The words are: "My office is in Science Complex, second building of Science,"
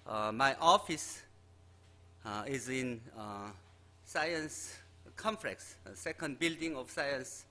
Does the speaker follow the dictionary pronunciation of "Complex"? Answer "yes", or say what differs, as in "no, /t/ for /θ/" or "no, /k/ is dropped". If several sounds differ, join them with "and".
no, /f/ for /p/